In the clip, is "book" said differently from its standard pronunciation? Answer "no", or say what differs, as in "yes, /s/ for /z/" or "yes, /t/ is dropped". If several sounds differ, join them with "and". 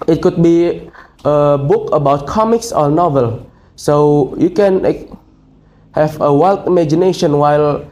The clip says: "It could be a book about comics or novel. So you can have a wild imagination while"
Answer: no